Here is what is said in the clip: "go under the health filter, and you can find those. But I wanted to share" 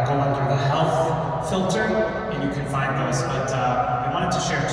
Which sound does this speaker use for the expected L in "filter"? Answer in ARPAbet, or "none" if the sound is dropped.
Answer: L